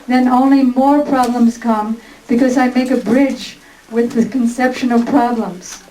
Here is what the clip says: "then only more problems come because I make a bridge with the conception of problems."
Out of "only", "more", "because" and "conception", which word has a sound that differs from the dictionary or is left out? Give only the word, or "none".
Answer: none